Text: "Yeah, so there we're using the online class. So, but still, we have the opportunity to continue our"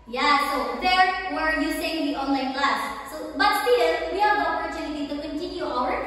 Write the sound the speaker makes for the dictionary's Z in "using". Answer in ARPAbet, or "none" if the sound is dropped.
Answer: S